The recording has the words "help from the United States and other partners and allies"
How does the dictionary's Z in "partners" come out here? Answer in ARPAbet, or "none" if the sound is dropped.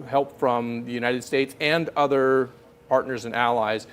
Z